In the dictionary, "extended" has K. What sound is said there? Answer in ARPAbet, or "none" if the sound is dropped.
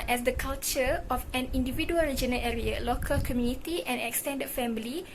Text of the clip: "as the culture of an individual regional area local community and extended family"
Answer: K